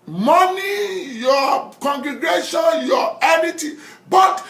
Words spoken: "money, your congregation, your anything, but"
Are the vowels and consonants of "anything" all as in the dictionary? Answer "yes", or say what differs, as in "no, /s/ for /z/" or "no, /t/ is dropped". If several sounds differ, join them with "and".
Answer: no, /t/ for /θ/